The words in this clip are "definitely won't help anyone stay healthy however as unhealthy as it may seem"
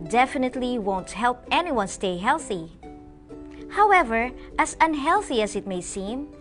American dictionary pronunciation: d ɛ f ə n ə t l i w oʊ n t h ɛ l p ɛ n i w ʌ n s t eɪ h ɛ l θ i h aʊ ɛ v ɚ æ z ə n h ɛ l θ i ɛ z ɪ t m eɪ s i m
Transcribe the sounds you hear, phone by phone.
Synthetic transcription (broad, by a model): d ɛ f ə n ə t l i w oʊ n t h ɛ l p ɛ n i w ʌ n s t eɪ h ɛ l θ i h aʊ ɛ v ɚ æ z ə n h ɛ l θ i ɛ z ɪ t m eɪ s i m